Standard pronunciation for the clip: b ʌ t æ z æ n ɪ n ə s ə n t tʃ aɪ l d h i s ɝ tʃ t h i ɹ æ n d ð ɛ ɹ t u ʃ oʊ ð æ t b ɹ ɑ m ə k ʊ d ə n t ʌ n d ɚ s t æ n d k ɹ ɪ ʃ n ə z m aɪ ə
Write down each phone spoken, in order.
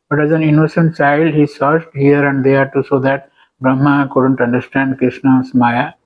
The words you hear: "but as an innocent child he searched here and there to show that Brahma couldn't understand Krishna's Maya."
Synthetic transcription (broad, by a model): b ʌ t æ z æ n ɪ n ə s ə n t tʃ aɪ l d h i s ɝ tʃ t h i ɹ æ n d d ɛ ɹ t u s oʊ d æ t b ɹ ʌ m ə k ʊ d ə n t ʌ n d ɚ s t æ n d k ɹ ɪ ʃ n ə s m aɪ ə